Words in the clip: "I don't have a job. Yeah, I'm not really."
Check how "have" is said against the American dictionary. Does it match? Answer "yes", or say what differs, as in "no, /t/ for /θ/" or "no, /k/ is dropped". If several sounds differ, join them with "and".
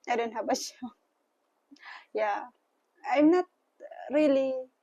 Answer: no, /b/ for /v/